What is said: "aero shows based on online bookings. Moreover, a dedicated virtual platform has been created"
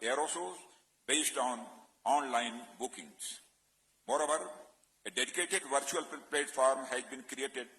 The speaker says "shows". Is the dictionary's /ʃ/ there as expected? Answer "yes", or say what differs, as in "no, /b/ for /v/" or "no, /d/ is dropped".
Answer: no, /s/ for /ʃ/